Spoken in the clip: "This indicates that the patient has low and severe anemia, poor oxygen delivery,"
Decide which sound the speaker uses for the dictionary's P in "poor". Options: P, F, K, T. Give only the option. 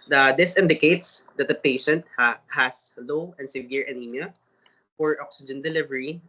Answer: F